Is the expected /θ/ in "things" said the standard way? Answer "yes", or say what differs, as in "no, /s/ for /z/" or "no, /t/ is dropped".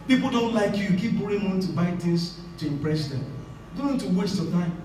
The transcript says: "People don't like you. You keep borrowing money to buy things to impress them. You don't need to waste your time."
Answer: no, /t/ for /θ/